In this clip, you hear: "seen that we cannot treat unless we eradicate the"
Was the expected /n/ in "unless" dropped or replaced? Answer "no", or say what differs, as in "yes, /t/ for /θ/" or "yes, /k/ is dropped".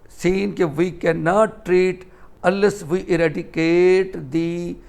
yes, /n/ is dropped